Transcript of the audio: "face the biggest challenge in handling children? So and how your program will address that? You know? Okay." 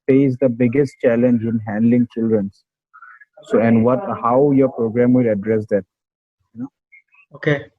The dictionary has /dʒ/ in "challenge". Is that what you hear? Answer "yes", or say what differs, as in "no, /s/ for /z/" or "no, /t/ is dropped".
yes